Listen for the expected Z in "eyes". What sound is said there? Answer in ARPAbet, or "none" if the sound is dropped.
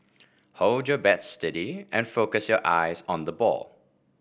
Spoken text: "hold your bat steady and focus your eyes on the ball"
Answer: Z